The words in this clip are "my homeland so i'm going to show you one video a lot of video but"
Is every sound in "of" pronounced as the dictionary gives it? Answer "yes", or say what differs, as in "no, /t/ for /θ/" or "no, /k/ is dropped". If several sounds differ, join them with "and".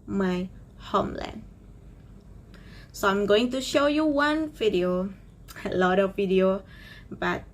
yes